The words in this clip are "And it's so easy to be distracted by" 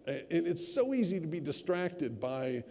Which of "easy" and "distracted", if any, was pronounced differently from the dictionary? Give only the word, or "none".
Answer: none